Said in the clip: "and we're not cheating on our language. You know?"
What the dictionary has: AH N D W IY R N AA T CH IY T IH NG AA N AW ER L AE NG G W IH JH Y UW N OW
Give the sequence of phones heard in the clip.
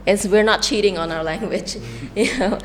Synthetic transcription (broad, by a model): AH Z W IY R N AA T CH IY T IH NG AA N AW ER L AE NG G W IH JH Y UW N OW